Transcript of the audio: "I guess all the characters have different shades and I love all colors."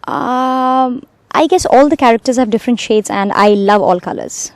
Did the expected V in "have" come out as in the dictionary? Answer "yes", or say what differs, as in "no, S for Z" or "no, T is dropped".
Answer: yes